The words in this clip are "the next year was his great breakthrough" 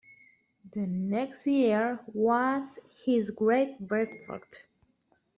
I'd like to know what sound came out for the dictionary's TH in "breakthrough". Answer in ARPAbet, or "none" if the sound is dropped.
F